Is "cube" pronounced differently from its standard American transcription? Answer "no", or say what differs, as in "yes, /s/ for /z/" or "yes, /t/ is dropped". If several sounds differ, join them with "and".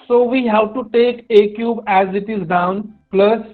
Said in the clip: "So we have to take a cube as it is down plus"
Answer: no